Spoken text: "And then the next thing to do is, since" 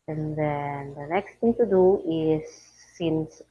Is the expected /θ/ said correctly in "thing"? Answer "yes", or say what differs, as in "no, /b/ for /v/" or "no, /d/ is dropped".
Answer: no, /t/ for /θ/